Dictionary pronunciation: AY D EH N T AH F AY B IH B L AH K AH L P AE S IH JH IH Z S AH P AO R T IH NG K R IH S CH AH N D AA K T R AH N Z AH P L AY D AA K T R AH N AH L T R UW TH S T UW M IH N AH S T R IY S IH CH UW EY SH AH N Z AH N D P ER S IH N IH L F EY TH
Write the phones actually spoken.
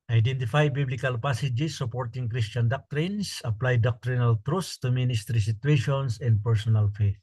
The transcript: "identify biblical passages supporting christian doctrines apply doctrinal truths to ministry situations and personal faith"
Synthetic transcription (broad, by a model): AY D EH N T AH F AY B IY B L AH K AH L P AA S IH JH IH S AH P AO R T IH NG K R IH S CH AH N D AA K T R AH N S AH P L AY D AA K T R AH N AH L T R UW S S T UW M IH N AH S T R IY S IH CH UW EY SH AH N S AH N D P ER S IH N IH L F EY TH